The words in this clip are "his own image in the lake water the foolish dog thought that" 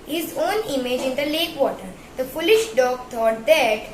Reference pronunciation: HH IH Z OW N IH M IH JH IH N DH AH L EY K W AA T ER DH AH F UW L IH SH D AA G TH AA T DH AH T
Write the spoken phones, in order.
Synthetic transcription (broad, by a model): HH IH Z OW N IH M IH JH IH N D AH L EY K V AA T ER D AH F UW L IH SH D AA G T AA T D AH T